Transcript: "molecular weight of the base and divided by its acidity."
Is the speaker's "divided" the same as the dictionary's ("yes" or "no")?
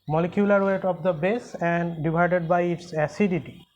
no